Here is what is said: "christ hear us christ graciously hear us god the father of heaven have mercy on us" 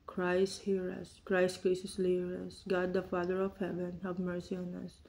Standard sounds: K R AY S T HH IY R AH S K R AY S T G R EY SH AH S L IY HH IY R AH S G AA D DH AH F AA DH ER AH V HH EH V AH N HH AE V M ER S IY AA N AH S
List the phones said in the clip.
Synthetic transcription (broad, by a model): K R AY S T HH IY R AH S K R AY S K R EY S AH S L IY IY R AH S G AA D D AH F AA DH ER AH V HH EH V AH N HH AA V M ER S IY AA N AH S